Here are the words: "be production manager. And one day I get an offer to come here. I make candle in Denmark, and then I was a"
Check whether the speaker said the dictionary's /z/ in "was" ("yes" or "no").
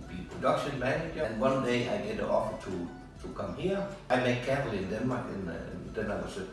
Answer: no